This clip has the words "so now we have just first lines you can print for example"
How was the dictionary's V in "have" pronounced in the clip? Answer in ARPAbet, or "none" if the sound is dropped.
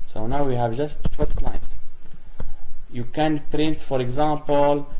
V